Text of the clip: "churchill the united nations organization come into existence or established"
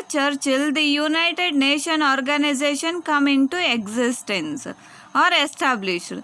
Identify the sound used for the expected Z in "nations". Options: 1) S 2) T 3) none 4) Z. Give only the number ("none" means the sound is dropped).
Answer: 3